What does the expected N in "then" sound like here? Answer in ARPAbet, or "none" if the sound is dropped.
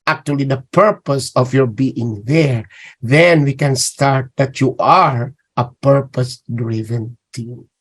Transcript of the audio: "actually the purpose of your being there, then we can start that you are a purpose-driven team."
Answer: N